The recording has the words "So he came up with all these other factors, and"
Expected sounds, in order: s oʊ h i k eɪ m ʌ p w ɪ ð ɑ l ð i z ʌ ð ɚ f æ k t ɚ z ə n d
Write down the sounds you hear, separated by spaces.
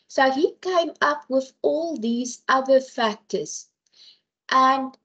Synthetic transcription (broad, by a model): s oʊ h i k eɪ m ʌ p w ɪ ð ɑ l ð i z ʌ ð ɚ f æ k t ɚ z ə n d